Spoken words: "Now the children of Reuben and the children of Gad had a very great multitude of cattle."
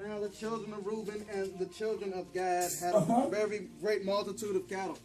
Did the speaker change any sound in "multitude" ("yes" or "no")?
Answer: no